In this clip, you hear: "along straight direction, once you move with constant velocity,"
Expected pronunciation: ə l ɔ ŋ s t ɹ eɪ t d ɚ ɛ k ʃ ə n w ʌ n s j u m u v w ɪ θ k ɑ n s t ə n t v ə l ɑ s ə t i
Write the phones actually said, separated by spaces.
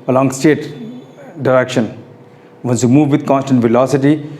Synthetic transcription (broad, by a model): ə l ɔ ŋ s t eɪ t d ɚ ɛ k ʃ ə n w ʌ n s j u m u v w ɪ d k ɑ n s t ə n t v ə l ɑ s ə t i